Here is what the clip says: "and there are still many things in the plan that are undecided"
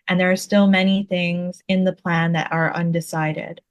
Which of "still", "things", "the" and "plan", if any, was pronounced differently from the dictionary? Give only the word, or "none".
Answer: none